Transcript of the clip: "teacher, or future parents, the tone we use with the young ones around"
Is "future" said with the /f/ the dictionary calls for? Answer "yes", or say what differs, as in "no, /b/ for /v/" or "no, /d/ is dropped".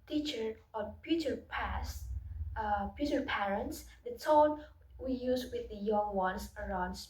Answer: no, /p/ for /f/